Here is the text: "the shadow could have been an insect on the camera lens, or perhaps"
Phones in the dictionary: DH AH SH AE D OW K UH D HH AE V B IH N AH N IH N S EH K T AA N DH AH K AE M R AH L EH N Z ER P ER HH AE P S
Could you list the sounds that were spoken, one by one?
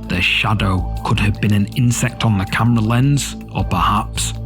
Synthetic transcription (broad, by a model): DH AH SH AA D OW K UH D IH V B IH N AH N IH N S EH K T N DH AH K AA M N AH L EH N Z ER P ER HH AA P S